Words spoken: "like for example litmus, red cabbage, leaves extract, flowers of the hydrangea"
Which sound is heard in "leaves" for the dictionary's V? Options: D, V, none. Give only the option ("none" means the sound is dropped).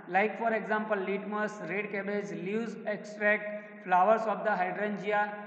none